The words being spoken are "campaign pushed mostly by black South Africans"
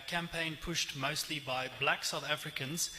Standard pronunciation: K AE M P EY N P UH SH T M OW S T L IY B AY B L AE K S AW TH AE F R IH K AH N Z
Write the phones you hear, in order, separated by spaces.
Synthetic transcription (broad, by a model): K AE M P EY N P UH SH T M OW S T L IY B AY B L AE K S AW TH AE F R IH K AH N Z